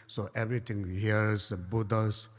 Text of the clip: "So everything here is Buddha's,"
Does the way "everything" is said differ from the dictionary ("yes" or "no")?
yes